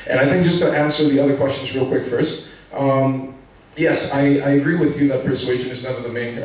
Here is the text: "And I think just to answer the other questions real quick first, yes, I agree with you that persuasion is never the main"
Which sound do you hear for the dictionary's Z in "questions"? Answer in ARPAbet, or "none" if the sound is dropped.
Z